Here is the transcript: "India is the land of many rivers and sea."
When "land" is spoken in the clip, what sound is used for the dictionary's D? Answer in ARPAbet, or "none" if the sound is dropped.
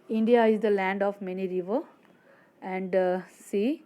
D